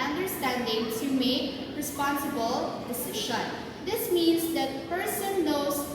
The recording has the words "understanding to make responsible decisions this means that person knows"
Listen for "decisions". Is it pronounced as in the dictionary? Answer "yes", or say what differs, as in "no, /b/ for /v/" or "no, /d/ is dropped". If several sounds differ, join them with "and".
no, /ʃ/ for /ʒ/